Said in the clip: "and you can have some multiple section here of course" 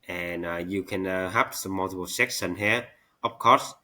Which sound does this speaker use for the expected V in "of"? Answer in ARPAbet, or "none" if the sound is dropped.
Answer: P